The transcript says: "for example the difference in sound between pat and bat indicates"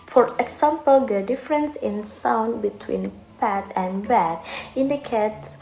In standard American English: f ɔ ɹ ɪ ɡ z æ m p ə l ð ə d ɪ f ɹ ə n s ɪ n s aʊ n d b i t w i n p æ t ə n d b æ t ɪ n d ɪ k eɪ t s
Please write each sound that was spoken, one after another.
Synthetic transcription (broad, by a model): f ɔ ɹ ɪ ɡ s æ m p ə l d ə d ɪ f ɹ ə n s ɪ n s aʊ n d b i t w i n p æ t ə n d b æ t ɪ n d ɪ k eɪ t